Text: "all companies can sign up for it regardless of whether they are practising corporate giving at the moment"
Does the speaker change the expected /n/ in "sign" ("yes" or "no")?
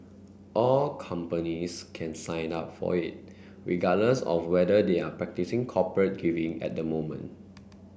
no